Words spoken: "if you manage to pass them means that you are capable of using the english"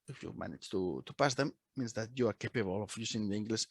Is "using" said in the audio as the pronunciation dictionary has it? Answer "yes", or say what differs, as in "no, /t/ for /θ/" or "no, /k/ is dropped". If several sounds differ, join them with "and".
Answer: no, /s/ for /z/